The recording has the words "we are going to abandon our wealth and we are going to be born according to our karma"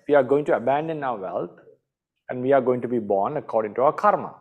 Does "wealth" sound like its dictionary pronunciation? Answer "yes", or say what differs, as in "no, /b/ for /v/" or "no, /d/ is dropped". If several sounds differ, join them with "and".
no, /t/ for /θ/